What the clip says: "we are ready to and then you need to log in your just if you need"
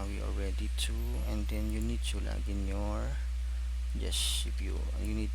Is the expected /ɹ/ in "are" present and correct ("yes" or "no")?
no